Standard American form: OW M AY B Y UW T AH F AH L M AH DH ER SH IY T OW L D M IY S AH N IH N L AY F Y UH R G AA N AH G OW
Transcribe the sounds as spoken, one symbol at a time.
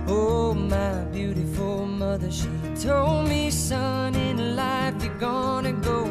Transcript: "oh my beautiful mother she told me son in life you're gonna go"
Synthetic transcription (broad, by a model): OW M AY B Y UW T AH F L M AH DH ER SH IY T OW L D M IY S AH N IH N L AY F Y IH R G AA N AH G OW